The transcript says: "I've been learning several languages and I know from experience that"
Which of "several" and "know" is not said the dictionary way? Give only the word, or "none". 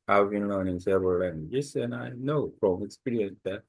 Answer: several